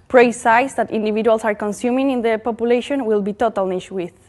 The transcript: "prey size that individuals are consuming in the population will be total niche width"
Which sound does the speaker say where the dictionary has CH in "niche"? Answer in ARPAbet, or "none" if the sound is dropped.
SH